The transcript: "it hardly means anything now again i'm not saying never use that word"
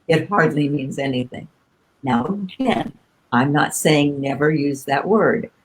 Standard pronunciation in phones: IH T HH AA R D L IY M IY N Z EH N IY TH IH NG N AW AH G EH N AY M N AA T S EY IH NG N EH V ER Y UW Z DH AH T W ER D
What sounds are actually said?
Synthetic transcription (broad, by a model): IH T HH AA R D L IY M IY N Z EH N IY TH IH NG N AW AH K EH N AY M N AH T S EY IH NG N EH V ER Y UW Z DH AH T W ER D